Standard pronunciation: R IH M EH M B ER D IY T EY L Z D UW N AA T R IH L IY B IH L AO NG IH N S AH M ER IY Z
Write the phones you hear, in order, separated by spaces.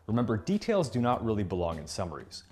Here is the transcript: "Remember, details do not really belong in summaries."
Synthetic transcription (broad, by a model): R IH M EH M B ER D IY T EY L Z D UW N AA T R IH L IY B IH L AO NG IH N S AH M ER IY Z